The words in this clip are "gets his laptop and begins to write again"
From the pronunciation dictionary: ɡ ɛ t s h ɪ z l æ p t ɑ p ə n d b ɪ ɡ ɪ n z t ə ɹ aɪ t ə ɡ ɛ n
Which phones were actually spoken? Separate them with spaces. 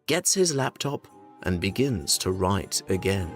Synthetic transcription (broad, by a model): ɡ ɛ t s h ɪ z l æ p t ɑ p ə n b ɪ ɡ ɪ n z t ə ɹ aɪ t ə ɡ ɛ n